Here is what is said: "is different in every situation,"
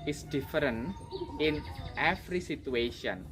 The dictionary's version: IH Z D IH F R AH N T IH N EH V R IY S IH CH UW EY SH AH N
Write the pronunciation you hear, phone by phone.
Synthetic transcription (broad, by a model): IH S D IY F R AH N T IH N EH F R IY S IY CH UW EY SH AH N